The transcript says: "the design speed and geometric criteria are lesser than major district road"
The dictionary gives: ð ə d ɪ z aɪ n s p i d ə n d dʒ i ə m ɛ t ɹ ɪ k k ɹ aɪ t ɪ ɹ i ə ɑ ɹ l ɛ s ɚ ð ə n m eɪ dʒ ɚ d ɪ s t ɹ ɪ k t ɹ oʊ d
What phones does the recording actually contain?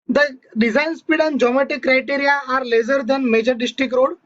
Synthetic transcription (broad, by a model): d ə d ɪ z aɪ n s p i d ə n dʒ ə m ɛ t ɪ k k ɹ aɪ t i ɹ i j ɑ ɹ l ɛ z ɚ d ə n m eɪ dʒ ɚ d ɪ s t ɹ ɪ k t ɹ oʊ d